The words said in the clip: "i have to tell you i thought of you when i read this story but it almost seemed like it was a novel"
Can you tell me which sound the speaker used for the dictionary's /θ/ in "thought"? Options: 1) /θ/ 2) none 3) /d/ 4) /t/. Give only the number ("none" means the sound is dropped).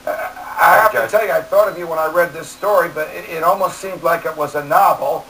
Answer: 1